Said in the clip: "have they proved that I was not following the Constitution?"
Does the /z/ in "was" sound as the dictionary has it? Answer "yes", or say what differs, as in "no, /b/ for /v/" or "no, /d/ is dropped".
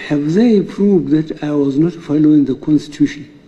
yes